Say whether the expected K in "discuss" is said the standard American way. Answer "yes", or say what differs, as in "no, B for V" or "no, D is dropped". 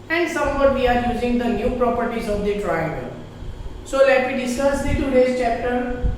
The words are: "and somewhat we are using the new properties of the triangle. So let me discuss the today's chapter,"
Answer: no, K is dropped